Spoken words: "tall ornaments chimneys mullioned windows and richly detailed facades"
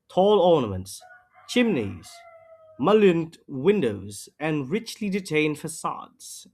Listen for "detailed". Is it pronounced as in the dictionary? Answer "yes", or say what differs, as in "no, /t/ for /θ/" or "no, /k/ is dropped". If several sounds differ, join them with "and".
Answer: no, /n/ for /l/